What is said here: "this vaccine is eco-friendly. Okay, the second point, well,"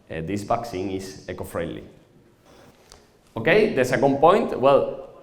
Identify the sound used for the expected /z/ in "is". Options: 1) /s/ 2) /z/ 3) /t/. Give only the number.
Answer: 1